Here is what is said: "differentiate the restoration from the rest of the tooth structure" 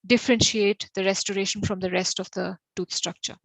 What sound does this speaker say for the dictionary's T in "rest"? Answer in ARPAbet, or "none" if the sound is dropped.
T